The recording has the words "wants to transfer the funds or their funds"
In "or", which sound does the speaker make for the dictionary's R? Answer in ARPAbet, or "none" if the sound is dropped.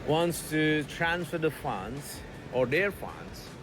R